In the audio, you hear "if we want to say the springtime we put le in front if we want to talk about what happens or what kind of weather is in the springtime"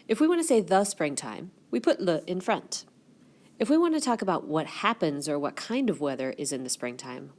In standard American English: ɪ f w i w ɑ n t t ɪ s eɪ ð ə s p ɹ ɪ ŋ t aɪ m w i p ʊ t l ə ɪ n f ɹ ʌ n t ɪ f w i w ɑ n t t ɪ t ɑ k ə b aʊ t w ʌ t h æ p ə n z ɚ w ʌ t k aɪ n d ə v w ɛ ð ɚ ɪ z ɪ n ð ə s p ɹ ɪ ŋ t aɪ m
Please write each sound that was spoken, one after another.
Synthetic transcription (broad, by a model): ɪ f w i w ɑ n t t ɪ s eɪ ð ə s p ɹ ɪ ŋ t aɪ m w i p ʊ t l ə ɪ n f ɹ ʌ n t ɪ f w i w ɑ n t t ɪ t ɑ k ə b aʊ t w ʌ t h æ p ə n z ɚ w ʌ t k aɪ n d ə v w ɛ ð ɚ ɪ z ɪ n ð ə s p ɹ ɪ ŋ t aɪ m